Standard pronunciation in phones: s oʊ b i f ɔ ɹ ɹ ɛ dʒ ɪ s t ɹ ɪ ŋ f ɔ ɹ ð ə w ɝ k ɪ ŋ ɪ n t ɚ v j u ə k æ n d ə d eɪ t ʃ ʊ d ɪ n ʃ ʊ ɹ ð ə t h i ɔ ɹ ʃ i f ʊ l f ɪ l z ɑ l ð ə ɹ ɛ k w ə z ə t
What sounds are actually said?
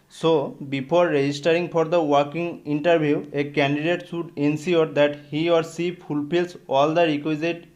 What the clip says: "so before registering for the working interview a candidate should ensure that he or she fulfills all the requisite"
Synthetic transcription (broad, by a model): s oʊ b i p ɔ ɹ ɹ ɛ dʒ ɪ s t ɹ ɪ ŋ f ɔ ɹ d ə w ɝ k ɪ ŋ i n t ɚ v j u ə k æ n d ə d eɪ t s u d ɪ n s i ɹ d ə t h i ɔ ɹ s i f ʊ l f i l s ɑ l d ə ɹ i k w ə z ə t